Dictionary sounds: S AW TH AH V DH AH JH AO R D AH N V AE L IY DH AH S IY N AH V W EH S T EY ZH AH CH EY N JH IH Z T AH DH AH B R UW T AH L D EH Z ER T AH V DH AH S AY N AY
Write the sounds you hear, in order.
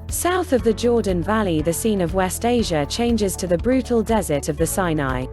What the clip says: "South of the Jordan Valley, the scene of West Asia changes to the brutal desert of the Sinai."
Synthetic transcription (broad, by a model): S AW TH AH V DH AH JH AO D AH N V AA L IY DH AH S IY N AH V W EH S T EY ZH AH CH EY N JH IH Z T AH DH AH B R UW T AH L D EH Z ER T AH V DH AH S AY N AY